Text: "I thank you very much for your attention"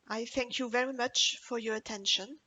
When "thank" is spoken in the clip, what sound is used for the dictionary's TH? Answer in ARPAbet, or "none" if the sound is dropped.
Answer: TH